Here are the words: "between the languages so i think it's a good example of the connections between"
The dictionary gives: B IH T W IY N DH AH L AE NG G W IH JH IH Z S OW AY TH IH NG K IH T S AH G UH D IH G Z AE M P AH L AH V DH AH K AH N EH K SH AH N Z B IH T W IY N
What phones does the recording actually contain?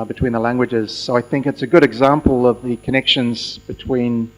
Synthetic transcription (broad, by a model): B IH T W IY N DH AH L AE NG G W IH JH IH Z S OW AY TH IH NG K IH T S AH G UH D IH G Z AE M P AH L AH V DH AH K AH N EH K SH AH N Z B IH T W IY N